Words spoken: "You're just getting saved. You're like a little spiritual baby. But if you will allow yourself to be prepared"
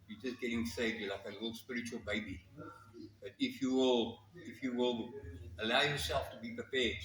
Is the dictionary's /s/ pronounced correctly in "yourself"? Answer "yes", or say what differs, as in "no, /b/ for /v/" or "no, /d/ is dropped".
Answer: yes